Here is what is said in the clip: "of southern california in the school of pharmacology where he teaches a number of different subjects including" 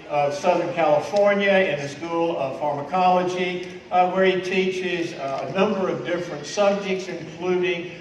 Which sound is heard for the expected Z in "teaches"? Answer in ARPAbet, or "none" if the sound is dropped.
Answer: Z